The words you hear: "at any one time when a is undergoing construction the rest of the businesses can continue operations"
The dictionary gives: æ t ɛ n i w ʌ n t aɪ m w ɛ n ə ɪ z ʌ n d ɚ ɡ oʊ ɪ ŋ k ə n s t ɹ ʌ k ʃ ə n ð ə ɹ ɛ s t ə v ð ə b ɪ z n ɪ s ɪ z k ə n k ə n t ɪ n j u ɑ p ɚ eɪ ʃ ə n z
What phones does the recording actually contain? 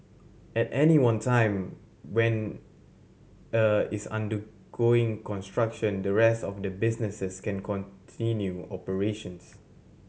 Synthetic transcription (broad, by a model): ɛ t ɛ n i w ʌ n t aɪ m w ɛ n ə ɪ s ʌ n d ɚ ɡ oʊ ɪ ŋ k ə n s t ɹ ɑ k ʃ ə n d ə ɹ ɛ s t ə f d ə b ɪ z n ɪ s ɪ s k ə n k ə n t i n j u ɑ p ɚ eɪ ʃ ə n s